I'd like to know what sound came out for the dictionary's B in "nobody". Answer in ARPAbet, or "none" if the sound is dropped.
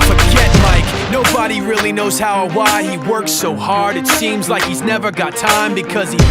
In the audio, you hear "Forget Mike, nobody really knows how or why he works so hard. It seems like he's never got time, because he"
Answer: B